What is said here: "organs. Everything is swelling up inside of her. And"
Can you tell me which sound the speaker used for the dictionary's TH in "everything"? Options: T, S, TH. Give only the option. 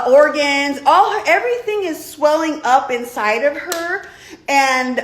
TH